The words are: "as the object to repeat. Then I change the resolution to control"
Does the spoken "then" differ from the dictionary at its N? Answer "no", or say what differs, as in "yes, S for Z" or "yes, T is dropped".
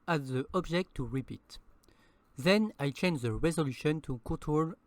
no